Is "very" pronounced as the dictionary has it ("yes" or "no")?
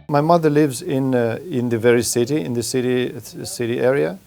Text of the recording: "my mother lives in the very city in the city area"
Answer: yes